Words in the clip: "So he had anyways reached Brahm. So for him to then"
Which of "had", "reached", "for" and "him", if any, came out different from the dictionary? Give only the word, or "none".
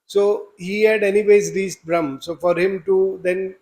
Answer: reached